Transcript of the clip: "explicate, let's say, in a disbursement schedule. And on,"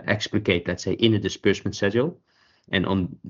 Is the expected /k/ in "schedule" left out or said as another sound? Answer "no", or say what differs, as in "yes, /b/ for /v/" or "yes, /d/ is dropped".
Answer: yes, /k/ is dropped